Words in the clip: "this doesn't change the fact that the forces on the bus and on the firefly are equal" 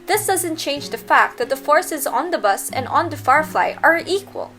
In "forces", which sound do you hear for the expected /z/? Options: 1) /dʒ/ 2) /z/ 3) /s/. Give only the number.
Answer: 2